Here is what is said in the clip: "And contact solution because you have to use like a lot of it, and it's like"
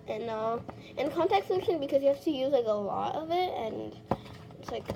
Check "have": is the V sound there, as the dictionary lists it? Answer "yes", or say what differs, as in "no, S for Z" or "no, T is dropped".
no, F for V